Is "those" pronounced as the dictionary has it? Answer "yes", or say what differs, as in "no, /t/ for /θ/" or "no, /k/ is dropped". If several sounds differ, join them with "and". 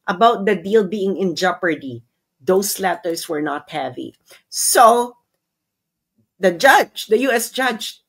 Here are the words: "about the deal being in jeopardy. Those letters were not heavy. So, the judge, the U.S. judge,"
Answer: no, /s/ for /z/